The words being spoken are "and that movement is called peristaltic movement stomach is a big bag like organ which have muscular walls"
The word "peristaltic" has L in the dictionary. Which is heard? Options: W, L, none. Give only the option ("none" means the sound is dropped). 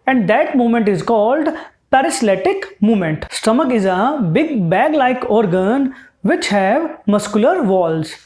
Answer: none